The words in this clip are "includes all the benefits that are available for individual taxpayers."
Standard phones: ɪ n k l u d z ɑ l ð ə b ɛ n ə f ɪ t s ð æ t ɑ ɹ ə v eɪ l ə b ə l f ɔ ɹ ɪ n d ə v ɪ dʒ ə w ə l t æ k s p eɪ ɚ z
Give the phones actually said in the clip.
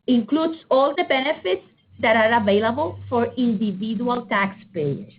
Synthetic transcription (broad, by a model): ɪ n k l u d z ɑ l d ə b ɛ n ə f ɪ t s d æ t ɑ ɹ ə v eɪ l ə b ə l f ɔ ɹ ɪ n d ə v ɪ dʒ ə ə l t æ k s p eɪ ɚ